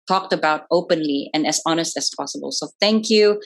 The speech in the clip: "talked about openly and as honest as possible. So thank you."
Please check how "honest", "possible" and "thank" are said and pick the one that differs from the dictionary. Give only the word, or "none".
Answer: none